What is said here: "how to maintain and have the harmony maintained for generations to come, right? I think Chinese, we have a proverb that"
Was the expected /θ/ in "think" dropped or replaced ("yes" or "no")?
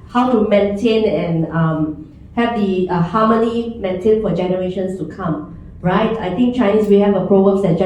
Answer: yes